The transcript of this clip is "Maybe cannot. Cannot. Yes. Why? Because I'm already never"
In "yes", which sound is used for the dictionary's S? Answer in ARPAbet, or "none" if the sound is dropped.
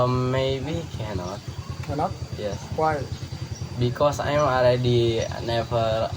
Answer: S